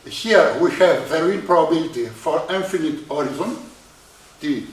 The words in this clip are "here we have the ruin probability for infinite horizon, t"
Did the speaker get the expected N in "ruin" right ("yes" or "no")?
no